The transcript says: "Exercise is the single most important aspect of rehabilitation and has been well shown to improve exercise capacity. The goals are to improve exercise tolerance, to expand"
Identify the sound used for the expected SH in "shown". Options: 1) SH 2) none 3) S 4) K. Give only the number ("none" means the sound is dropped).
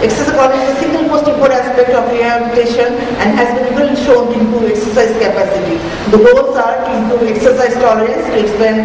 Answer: 1